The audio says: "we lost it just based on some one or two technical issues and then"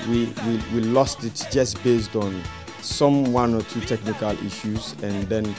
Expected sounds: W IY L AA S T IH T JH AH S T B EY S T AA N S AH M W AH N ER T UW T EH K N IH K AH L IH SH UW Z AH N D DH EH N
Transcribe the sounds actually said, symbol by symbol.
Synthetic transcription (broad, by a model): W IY L AA S T IH T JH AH S B EY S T AA N S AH M W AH N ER T UW T EH K N IH K AH L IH SH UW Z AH N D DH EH N